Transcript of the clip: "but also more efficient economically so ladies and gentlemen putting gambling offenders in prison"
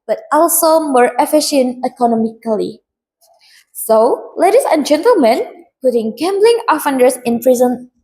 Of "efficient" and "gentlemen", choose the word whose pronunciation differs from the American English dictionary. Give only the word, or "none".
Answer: none